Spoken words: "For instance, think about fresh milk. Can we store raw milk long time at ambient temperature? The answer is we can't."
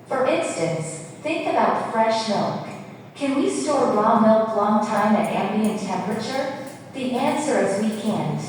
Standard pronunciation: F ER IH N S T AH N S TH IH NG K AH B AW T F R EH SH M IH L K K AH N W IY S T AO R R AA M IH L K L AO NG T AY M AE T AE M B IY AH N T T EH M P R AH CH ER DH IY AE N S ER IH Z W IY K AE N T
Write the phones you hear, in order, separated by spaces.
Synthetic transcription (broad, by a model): F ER IH N S T AH N S TH IH NG K AH B AW T F R EH SH M IH L K K AH N W IY S T AO R L AA M IH L K L AO NG T AY M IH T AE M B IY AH N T T EH M P R AH CH ER DH IY AE N S ER IH Z W IY K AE N